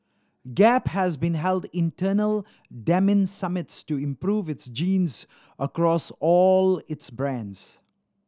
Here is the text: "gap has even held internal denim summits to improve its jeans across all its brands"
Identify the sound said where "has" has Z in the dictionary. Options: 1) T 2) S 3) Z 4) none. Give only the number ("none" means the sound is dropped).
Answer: 3